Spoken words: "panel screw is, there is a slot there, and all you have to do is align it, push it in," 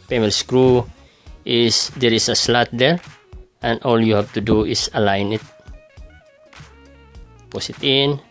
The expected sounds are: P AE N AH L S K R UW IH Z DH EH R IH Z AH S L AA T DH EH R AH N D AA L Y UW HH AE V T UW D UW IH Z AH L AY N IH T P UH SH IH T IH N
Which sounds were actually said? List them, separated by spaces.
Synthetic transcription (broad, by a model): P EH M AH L S K R UW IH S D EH R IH S AH S L AA T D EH R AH N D AA L Y UW HH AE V T UW D UW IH S AH L AY N IH T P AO S IH T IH N